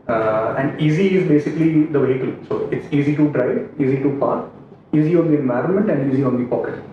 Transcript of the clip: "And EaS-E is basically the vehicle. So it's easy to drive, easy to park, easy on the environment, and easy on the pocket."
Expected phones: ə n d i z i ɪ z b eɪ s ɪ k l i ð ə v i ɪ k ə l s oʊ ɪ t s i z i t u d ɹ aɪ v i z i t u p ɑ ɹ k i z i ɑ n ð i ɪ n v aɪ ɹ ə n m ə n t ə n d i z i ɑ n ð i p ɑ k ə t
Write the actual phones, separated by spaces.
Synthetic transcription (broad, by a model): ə n d i z i ɪ z b eɪ s ɪ k l i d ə v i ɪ k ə l s oʊ ɪ t s i z i t u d ɹ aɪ i z i t u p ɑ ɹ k i z i ɑ n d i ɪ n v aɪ ɹ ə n m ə n t ə n d i z i ɑ n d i p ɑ k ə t